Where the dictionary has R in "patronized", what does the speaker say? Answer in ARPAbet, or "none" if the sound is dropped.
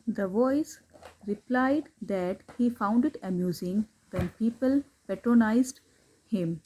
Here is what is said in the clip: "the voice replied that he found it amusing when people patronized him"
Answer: R